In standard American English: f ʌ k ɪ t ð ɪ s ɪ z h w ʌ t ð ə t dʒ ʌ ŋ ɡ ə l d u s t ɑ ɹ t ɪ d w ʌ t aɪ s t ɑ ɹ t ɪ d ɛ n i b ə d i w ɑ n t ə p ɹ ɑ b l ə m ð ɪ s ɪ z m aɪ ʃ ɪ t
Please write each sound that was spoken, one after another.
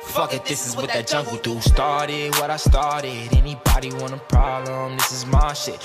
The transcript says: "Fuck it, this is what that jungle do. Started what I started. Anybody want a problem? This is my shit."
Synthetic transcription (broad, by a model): f ʌ k ɪ t ð ɪ s ɪ z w w ʌ t ð ə t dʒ ʌ ŋ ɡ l d u s t ɑ ɹ t ɪ d w ʌ t aɪ s t ɑ ɹ t ɪ d ɛ n i b ə d i w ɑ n ə p ɹ ɑ b l ə m ð ɪ s ɪ z m aɪ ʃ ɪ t